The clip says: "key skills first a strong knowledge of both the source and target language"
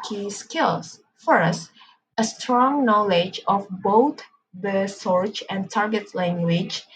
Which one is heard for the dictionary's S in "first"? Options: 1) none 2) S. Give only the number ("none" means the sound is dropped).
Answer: 2